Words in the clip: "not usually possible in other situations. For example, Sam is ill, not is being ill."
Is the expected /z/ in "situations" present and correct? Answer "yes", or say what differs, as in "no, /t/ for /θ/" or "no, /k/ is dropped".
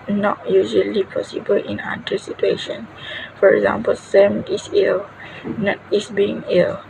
no, /z/ is dropped